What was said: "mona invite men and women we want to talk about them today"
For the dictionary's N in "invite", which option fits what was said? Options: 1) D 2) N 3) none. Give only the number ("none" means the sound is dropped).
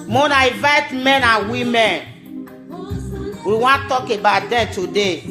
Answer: 3